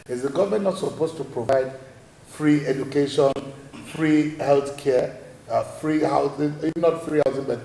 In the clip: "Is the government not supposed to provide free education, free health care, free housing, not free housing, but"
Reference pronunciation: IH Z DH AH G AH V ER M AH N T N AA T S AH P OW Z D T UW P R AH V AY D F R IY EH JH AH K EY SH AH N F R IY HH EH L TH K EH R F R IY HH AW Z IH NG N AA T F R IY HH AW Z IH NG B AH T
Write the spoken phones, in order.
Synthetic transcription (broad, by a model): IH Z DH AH G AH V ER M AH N N AA T S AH P OW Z T UW P R AH V AY D F R IY EH JH AH K EY SH AH N F R IY HH EH L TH K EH F R IY HH AW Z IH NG N AA T F R IY HH AW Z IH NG B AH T